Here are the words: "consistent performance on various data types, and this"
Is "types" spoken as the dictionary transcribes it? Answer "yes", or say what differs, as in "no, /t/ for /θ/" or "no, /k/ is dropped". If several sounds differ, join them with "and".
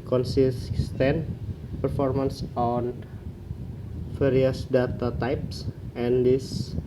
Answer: yes